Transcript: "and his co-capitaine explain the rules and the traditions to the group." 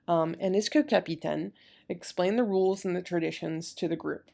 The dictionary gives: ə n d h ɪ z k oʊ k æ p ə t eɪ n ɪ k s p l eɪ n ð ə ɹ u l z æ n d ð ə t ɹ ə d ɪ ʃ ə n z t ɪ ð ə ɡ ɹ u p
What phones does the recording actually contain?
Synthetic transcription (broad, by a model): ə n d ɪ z k oʊ k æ p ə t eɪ n ɪ k s p l eɪ n ð ə ɹ u l z n ð ə t ɹ ə d ɪ ʃ ə n z t ɪ ð ə ɡ ɹ u p